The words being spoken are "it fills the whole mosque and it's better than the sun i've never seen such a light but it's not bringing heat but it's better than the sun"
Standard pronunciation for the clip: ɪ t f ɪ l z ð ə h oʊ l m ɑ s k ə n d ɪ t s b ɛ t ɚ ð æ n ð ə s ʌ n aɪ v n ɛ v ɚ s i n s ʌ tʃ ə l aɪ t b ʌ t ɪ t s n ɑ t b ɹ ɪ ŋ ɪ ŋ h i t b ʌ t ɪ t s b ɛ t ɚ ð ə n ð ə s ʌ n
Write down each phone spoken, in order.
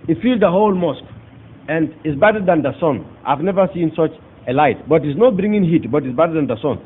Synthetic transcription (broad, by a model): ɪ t f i l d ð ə h oʊ l m ɑ s k ə n d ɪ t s b ɛ t ɚ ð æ n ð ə s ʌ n aɪ v n ɛ v ɚ s i n s ʌ tʃ ə l aɪ t b ʌ t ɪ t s n ɑ t b ɹ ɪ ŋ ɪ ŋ h i t b ʌ t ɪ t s b ɛ t ɚ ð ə n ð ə s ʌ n